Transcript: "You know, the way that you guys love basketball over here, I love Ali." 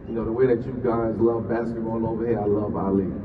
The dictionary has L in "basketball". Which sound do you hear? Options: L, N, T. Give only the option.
N